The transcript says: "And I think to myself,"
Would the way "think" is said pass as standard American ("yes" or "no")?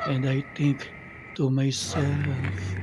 no